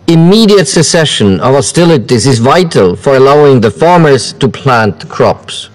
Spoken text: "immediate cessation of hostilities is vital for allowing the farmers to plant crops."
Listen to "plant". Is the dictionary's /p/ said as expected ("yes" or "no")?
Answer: yes